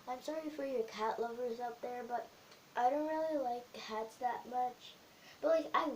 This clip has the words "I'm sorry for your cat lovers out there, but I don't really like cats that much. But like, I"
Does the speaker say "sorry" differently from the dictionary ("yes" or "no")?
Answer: no